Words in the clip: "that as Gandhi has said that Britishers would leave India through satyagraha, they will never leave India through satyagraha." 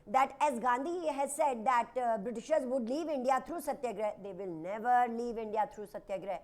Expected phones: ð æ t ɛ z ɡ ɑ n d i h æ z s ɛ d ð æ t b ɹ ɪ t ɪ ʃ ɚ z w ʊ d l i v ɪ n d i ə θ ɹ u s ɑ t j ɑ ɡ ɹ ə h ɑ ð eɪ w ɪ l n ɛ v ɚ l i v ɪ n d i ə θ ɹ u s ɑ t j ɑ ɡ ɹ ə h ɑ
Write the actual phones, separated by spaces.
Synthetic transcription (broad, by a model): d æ t ɛ z ɡ ɑ n d i h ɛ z s ɛ d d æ t b ɹ ɪ t ɪ ʃ ɚ z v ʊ d l i v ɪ n d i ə t ɹ u s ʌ t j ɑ ɡ ɹ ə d eɪ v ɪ l n ɛ v ɚ l i v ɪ n d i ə t ɹ u s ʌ t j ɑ ɡ ɹ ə